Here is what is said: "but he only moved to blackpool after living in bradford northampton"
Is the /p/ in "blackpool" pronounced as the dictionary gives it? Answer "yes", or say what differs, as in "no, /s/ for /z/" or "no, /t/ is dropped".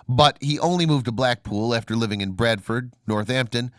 yes